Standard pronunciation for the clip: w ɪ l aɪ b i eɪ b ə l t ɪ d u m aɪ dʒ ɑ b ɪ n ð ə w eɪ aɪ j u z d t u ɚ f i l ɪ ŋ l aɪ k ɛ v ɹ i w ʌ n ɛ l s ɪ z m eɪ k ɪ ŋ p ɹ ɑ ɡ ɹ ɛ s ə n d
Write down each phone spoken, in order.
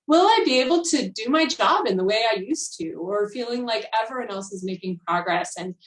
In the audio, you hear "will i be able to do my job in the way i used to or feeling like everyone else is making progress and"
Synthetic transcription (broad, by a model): w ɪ l aɪ b i eɪ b l t ɪ d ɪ m aɪ dʒ ɑ b ɪ n ð ə w eɪ aɪ j u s t u ɚ f i l ɪ ŋ l aɪ k ɛ v i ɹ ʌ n ɛ l s ɪ z m eɪ k ɪ ŋ p ɹ ɑ ɡ ɹ ɛ s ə n